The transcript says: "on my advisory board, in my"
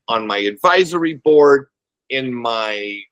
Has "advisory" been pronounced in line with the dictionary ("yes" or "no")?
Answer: yes